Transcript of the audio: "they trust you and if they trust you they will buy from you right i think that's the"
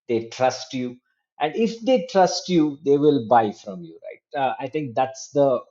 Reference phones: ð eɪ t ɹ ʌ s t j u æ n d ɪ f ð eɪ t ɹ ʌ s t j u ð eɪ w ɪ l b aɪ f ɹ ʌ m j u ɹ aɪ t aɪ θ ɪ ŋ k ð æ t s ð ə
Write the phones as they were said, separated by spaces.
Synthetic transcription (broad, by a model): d eɪ t ɹ ʌ s t j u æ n d ɪ f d eɪ t ɹ ʌ s t j u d eɪ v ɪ l b aɪ f ɹ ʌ m j u ɹ aɪ t aɪ t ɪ ŋ k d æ t s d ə